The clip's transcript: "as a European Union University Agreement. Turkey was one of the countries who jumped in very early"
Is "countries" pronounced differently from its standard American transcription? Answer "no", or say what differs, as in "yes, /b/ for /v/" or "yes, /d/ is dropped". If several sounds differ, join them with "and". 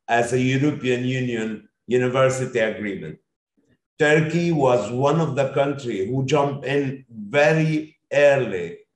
yes, /z/ is dropped